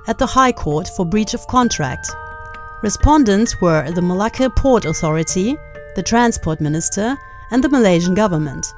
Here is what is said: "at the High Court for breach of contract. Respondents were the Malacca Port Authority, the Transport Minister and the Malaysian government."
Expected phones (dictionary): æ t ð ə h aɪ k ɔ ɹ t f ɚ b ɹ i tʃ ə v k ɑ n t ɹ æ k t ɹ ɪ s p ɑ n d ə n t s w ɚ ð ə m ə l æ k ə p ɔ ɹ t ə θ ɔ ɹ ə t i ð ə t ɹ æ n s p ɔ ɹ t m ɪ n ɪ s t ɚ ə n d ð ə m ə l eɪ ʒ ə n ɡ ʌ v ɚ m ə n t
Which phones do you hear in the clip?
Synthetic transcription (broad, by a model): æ t ð ə h aɪ k ɔ ɹ t f ɚ b ɹ i tʃ ə v k ɑ n t ɹ æ k t ɹ ɪ s p ɑ n d ə n t s w ɚ ð ə m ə l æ k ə p ɔ ɹ t ə θ ɔ ɹ ə t i ð ə t ɹ æ n s p ɔ ɹ t m ɪ n ɪ s t ɚ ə n ð ə m ə l eɪ ʒ ə n ɡ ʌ v ɚ m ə n t